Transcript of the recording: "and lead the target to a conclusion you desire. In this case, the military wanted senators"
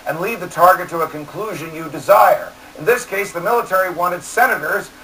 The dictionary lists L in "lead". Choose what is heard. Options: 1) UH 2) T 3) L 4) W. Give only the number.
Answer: 3